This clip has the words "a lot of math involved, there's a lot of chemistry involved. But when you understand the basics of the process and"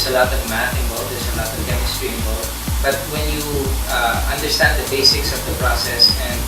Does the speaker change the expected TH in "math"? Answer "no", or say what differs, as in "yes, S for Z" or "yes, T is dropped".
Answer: yes, T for TH